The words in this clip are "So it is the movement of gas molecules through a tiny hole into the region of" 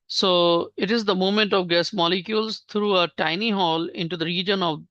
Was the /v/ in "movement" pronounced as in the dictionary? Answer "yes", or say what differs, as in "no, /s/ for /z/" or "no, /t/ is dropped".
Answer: no, /v/ is dropped